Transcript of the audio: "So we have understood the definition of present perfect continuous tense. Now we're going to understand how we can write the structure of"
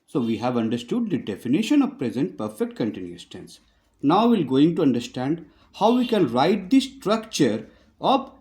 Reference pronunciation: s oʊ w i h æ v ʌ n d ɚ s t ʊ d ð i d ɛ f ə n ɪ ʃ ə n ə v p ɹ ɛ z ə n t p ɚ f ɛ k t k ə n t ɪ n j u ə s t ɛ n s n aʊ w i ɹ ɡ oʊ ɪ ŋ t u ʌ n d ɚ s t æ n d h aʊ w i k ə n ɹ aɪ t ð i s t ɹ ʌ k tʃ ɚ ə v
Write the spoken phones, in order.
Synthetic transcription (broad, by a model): s oʊ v i h æ v ʌ n d ɚ s t ʊ d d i d ɛ f ə n ɪ ʃ ə n ə v p ɹ ɛ z ə n t p ɚ f ɛ k t k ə n t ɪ n j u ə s t ɛ n s n aʊ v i l ɡ oʊ ɪ ŋ t u ʌ n d ɚ s t æ n d h aʊ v i k ə n ɹ aɪ t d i s t ɹ ʌ k tʃ ɚ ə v